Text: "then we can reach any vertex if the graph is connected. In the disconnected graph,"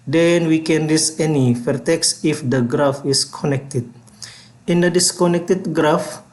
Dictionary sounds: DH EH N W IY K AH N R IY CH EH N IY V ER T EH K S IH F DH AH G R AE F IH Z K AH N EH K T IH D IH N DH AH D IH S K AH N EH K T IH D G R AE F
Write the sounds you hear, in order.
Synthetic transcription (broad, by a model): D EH N W IY K AH N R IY S EH N IY F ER T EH K S IH F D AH G R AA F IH S K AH N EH K T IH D IH N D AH D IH S K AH N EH K T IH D G R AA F